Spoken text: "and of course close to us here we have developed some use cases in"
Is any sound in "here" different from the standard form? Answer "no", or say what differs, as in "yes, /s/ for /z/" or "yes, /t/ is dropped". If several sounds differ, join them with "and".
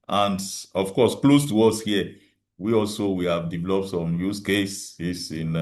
yes, /w/ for /ɹ/